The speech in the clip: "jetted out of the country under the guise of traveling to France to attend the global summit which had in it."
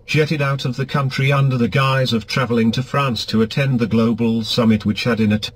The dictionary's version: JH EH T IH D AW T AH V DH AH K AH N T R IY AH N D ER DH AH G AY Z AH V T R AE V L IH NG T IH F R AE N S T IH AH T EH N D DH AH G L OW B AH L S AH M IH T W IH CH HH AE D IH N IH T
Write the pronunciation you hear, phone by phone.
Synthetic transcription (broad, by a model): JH EH T IH D AW T AH V DH AH K AH N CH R IY AH N D ER DH AH G AY Z AH V T R AE V L IH NG T IH F R AE N S T IH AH T EH N DH AH G L OW B L S AH M IH T W IH CH HH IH D IH N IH T